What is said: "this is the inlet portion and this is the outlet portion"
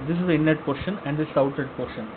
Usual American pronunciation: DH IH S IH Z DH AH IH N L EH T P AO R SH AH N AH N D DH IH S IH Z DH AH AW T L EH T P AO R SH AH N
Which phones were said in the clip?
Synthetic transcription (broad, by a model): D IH S IH Z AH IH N EH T P AO R SH AH N AH N D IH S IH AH T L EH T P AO R SH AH N